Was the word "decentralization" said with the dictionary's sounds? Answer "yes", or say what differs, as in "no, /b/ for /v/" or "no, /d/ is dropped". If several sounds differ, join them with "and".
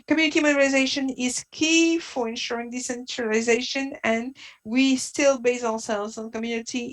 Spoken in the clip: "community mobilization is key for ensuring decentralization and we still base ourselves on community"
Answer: yes